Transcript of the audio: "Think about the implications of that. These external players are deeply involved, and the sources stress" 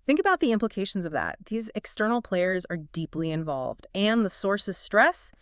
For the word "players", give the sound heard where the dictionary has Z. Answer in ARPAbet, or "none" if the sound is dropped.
Z